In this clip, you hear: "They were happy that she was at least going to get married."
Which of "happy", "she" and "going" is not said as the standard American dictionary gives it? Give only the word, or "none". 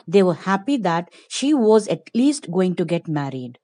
none